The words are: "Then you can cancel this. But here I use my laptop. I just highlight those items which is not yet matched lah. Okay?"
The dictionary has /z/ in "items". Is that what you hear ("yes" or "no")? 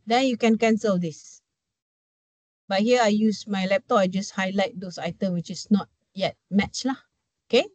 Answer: no